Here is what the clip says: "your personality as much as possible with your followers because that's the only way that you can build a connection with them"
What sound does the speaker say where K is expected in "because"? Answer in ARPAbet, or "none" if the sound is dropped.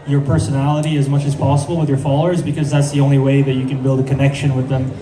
K